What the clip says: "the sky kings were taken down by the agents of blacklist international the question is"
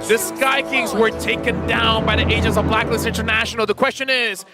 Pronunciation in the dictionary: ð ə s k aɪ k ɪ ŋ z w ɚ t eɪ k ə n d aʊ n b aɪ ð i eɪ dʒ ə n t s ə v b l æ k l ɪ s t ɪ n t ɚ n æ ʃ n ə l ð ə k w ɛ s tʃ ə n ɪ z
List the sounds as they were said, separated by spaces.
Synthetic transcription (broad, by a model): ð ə s k aɪ k ɪ ŋ z w ɚ t eɪ k ə n d aʊ n b aɪ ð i eɪ dʒ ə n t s ə v b l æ k l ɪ s ɪ n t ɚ n æ ʃ n l ð ə k w ɛ s tʃ ə n ɪ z